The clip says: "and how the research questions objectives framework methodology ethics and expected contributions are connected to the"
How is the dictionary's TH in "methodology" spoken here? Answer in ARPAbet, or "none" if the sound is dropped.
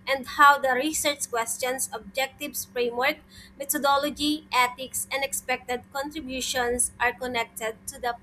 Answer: T